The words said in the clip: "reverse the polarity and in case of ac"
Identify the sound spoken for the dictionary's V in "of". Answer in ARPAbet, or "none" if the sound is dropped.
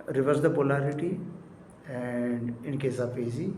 P